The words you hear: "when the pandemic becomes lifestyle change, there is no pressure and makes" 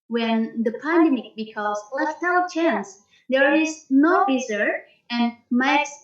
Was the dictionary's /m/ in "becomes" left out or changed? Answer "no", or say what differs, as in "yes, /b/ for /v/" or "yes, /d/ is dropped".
yes, /m/ is dropped